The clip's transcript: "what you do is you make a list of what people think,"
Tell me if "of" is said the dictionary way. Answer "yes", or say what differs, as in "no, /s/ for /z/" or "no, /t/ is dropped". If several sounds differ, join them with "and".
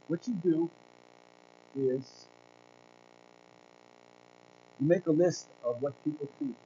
yes